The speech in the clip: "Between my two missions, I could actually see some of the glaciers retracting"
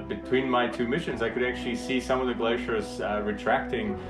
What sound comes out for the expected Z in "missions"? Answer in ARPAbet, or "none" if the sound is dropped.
Z